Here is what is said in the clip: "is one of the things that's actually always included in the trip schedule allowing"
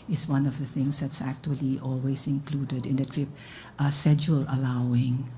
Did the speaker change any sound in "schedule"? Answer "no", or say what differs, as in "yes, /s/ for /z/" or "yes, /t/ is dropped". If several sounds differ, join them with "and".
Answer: yes, /k/ is dropped